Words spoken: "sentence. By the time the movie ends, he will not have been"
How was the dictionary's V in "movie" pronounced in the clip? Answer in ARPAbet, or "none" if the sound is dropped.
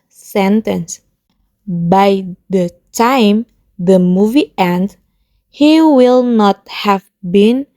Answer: V